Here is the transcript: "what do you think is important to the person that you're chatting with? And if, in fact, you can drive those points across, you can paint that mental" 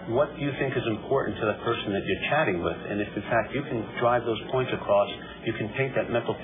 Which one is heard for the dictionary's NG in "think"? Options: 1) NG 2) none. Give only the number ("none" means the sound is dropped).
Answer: 1